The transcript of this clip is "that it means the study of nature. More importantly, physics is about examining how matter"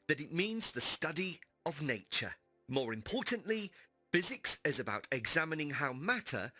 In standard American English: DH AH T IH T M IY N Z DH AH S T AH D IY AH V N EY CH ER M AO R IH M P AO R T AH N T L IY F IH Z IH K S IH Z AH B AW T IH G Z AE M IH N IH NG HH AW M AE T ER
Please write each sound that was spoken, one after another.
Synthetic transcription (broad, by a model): DH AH T IH T M IY N Z DH AH S T AH D IY AH V N EY CH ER M AO R IH M P AO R T N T L IY F IH Z IH K S IH Z AH B AW T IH G Z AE M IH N IH NG HH AW M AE T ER